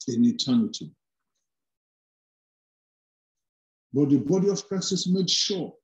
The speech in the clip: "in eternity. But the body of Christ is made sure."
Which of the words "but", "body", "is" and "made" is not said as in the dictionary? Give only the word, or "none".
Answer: is